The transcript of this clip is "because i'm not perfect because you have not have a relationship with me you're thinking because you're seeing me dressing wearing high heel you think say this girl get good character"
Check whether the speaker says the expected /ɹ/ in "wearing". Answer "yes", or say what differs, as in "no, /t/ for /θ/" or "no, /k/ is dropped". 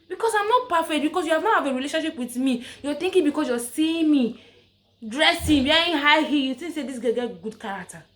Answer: no, /ɹ/ is dropped